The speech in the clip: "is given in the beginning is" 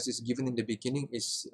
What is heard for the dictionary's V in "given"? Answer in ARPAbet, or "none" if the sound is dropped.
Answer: V